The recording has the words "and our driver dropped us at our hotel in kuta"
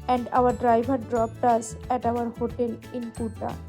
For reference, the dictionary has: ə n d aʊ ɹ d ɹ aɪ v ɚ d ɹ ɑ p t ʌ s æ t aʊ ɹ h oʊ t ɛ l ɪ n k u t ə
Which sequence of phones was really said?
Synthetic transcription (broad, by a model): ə n d aʊ ɹ d ɹ aɪ b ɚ d ɹ ɑ p t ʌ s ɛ t aʊ ɹ h oʊ t ɛ l ɪ n k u t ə